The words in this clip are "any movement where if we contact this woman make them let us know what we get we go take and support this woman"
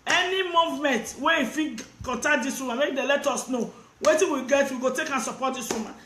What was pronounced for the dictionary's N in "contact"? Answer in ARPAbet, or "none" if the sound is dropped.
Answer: none